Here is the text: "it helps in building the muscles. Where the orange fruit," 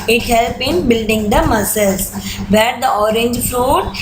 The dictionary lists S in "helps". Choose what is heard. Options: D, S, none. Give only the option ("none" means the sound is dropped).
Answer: none